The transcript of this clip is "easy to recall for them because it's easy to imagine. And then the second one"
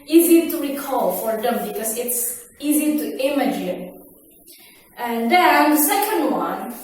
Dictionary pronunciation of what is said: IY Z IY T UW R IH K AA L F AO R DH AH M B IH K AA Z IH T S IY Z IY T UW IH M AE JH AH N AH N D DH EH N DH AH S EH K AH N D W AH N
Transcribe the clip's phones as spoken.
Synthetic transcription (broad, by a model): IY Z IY T UW R IH K AA L F AO R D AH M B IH K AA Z IH T S IY Z IY T UW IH M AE JH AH N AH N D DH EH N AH S EH K AH N D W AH N